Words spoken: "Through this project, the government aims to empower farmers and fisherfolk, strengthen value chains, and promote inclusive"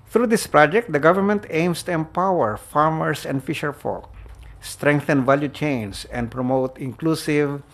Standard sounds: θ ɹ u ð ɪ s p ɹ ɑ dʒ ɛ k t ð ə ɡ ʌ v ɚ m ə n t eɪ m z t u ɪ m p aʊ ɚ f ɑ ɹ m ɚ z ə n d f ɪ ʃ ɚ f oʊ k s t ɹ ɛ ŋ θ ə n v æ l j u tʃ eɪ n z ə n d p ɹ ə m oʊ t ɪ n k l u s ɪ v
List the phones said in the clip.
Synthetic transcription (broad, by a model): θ ɹ u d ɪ s p ɹ ɑ dʒ ɛ k t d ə ɡ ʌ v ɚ m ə n t eɪ m s t u ɪ m p aʊ ɚ f ɑ ɹ m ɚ s ə n d f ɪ ʃ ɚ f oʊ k s t ɹ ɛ ŋ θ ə n v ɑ l j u tʃ eɪ n s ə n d p ɹ ə m oʊ t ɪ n k l u s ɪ v